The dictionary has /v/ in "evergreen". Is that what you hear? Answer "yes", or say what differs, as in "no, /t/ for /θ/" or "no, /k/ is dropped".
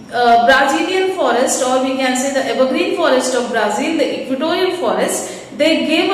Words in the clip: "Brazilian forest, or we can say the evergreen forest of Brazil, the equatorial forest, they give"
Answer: no, /b/ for /v/